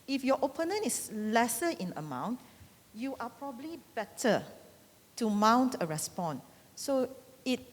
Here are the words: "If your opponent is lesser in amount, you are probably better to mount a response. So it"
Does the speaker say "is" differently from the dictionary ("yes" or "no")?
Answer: yes